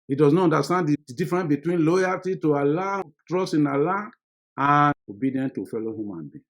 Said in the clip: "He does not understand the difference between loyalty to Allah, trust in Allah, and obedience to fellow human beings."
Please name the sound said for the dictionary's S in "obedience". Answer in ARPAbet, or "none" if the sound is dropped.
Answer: none